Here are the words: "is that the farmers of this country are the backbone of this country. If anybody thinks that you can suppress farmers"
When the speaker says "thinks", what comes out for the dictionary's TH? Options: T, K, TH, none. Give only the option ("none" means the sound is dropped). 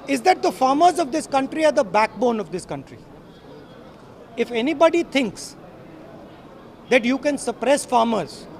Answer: T